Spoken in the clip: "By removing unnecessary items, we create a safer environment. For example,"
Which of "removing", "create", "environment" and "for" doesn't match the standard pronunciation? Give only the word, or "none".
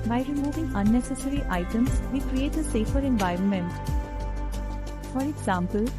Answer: none